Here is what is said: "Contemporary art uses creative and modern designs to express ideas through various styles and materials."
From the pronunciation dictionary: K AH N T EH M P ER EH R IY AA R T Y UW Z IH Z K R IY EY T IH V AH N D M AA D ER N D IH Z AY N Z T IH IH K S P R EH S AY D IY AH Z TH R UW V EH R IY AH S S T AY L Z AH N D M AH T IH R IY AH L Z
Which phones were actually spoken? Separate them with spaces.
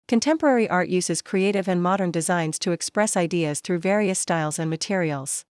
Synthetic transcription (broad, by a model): K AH N T EH M P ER EH R IY AA R T Y UW Z IH Z K R IY EY T IH V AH N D M AA D ER N D IH Z AY N Z T IH IH K S P R EH S AY D IY AH Z TH R UW V EH R IY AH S S T AY L Z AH N M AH T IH R IY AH L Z